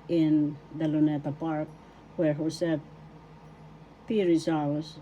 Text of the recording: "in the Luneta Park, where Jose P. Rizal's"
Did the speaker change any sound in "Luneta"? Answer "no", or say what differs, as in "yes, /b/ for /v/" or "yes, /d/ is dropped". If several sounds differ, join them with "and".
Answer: no